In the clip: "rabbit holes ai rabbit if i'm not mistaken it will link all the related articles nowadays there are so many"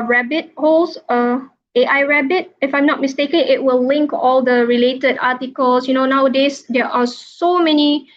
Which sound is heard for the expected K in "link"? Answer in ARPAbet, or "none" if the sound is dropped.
K